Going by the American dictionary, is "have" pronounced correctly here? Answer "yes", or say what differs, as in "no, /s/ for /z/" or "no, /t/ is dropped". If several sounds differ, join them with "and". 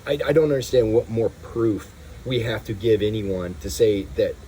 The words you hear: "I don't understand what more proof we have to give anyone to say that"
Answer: no, /f/ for /v/